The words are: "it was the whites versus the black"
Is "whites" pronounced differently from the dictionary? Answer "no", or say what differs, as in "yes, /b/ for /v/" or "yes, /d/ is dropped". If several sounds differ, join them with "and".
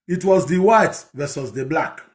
yes, /s/ is dropped